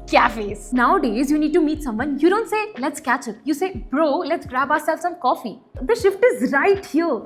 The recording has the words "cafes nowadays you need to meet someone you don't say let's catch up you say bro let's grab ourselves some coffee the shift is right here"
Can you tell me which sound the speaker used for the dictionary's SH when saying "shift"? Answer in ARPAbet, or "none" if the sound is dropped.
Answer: SH